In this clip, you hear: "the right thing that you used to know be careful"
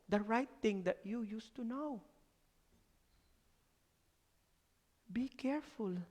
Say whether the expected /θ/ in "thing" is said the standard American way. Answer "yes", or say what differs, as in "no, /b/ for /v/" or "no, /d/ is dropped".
no, /t/ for /θ/